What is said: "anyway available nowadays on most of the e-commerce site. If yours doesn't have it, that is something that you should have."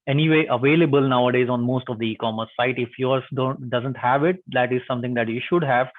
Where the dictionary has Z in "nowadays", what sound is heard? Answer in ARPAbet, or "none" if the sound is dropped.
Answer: Z